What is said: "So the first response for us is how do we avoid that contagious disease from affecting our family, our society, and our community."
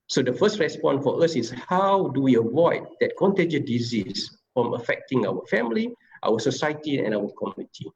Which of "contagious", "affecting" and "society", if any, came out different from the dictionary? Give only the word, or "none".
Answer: contagious